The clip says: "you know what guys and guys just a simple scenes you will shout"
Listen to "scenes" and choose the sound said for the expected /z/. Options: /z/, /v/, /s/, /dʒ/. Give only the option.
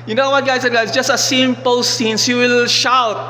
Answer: /s/